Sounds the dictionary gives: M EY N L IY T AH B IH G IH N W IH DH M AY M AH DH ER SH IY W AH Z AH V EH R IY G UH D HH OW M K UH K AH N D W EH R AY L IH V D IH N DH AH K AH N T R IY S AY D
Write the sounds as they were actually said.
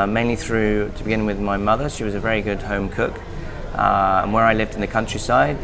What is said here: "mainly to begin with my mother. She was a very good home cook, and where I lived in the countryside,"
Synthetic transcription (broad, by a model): M EY N L IY T AH B IH G IH N W IH DH M AY M AH DH ER SH IY W AH Z AH V EH R IY G UH D HH OW M K UH K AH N W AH R AY L IH V D N DH AH K AH N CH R IY S AY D